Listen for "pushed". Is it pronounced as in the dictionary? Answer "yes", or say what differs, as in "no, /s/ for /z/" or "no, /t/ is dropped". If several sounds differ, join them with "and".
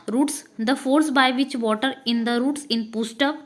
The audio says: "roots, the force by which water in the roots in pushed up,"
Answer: no, /s/ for /ʃ/